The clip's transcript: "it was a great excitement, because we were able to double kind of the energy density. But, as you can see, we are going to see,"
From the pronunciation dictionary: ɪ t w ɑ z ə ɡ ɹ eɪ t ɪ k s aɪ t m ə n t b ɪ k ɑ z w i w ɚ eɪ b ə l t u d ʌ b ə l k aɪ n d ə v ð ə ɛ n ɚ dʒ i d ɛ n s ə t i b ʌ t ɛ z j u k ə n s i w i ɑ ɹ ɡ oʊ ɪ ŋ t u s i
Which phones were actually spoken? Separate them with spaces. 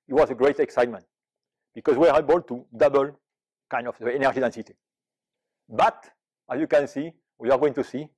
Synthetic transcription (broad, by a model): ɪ t w ɑ z ə ɡ ɹ eɪ t ɪ k s aɪ t m ə n t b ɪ k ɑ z w i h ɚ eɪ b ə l t u d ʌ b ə l k aɪ n d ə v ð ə ɛ n ɚ dʒ i d ɛ n s ə t i b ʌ t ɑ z j u k ə n s i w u ɑ ɹ ɡ oʊ ɪ ŋ t u s i